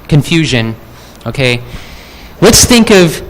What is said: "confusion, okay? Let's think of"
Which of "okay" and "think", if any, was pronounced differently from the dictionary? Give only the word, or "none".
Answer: none